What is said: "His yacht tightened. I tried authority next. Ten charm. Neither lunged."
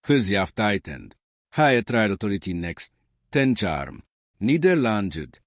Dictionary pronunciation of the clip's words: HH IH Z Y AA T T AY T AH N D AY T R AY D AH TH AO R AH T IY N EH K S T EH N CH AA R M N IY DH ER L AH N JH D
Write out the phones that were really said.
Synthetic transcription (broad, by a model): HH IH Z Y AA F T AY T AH N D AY T R AY D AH T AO R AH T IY N EH K S T EH N CH AA R M N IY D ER L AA N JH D